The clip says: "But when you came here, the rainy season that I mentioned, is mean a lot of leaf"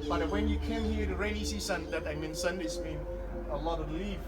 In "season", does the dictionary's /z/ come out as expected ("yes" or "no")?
no